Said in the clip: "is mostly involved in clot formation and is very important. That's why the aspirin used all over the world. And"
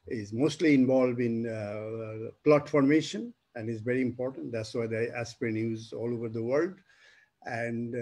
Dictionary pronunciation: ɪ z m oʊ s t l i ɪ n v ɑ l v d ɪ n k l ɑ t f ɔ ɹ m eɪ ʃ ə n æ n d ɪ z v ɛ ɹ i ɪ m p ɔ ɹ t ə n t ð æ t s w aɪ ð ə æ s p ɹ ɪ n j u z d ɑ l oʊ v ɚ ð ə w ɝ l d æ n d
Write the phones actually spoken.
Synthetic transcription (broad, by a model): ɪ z m oʊ s t l i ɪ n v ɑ l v d ɪ n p l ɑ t f ɔ ɹ m eɪ ʃ ə n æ n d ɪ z v ɛ ɹ i ɪ m p ɔ ɹ t ə n t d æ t s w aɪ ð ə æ s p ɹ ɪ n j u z ɑ l oʊ v ɚ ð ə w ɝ l d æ n d